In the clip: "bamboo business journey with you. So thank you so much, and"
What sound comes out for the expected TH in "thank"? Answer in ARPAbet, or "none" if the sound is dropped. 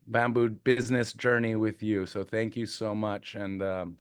TH